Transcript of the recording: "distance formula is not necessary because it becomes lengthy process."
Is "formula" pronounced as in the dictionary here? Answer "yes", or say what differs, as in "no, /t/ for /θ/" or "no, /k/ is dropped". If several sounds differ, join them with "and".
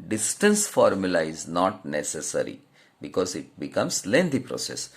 yes